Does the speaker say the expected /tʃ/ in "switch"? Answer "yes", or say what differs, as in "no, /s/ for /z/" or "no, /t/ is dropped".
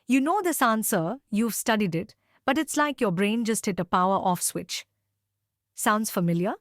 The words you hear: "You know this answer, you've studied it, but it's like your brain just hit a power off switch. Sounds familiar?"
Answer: yes